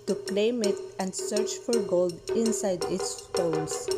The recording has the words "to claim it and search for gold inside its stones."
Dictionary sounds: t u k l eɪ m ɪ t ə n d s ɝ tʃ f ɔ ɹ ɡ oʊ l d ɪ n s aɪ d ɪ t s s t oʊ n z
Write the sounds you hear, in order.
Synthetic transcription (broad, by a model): t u k l eɪ m ɪ t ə n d s ɝ tʃ f ɔ ɹ ɡ oʊ l d ɪ n s aɪ d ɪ t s s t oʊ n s